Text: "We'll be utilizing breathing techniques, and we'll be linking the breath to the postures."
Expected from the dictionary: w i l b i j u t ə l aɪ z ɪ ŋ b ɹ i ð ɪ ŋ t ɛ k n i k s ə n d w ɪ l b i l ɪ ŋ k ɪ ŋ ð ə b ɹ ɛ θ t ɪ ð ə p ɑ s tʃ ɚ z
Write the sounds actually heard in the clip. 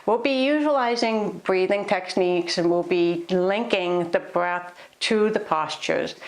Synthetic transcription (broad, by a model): w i l b i j u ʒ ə l aɪ z ɪ ŋ b ɹ i ð ɪ ŋ t ɛ k n i k s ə n w ɪ l b i l ɪ ŋ k ɪ ŋ ð ə b ɹ ɛ θ t ɪ ð ə p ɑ s tʃ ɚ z